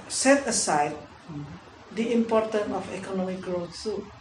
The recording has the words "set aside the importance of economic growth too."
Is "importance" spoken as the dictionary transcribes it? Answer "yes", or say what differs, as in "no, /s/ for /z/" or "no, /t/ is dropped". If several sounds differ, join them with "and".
no, /s/ is dropped